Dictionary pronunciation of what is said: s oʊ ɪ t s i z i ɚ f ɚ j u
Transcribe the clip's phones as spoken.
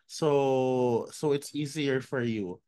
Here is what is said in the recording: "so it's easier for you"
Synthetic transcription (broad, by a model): s oʊ ɪ t s i z i ɚ f ɚ j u